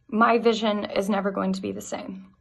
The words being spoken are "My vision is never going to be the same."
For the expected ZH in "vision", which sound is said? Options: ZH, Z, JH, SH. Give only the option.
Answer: ZH